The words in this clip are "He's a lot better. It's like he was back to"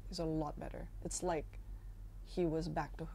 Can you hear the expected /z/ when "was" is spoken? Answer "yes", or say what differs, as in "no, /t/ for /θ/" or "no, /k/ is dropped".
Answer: yes